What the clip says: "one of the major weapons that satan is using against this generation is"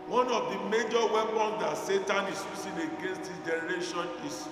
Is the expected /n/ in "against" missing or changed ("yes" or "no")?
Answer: no